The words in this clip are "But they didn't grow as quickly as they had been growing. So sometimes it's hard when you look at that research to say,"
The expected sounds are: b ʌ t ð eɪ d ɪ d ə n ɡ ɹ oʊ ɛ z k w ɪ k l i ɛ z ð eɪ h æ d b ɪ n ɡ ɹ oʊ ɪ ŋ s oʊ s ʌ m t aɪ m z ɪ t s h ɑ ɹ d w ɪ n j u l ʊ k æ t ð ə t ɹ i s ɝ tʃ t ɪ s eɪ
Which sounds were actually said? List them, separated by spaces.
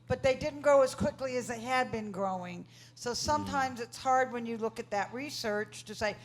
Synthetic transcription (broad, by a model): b ʌ t ð eɪ d ɪ d n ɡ oʊ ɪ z k w ɪ k l i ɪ z ð eɪ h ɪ d b ɪ n ɡ ɹ oʊ ɪ ŋ s oʊ s ʌ m t aɪ m z ɪ t s h ɑ ɹ d w ɪ n j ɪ l ʊ k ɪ t ð ə t ɹ i s ɝ tʃ t ɪ s eɪ